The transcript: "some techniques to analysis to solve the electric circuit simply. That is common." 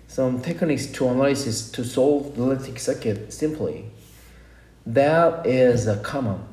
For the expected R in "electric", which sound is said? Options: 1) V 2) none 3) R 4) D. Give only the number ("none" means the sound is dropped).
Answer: 2